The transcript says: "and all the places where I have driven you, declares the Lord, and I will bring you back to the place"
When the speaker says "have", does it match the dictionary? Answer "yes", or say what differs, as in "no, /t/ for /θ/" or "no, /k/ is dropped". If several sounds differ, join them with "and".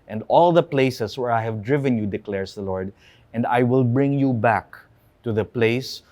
yes